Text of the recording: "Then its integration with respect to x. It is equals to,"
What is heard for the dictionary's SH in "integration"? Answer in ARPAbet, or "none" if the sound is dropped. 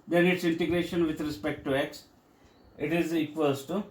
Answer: SH